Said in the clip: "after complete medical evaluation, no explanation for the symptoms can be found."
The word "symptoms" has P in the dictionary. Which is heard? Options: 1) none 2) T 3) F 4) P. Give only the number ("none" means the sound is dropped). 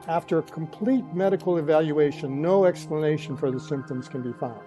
4